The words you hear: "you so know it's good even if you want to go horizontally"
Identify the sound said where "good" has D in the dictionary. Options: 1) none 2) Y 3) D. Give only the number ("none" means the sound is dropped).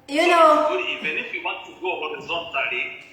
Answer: 1